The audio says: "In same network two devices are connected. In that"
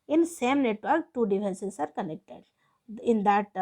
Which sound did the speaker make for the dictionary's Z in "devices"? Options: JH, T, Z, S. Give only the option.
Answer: S